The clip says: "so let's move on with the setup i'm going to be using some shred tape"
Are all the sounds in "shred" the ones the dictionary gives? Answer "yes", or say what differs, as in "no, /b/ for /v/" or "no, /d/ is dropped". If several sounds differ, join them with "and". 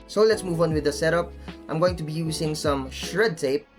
yes